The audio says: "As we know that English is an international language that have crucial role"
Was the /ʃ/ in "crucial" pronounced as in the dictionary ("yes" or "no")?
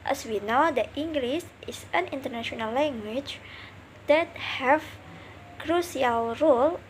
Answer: no